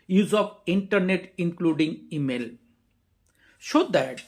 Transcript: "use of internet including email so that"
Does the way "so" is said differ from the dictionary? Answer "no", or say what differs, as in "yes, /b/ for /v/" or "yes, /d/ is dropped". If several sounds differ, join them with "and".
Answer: yes, /ʃ/ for /s/